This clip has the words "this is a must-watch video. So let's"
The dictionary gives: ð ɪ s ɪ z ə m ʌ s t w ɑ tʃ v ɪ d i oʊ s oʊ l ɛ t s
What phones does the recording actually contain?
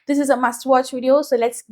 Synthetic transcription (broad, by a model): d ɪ s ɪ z ə m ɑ s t w ɑ tʃ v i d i oʊ s oʊ l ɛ t s